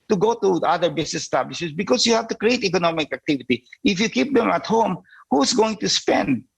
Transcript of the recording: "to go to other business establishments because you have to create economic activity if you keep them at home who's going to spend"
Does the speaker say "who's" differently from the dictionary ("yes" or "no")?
yes